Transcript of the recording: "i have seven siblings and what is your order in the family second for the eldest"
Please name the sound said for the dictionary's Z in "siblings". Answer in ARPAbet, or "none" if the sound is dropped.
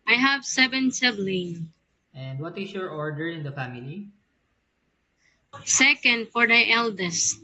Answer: none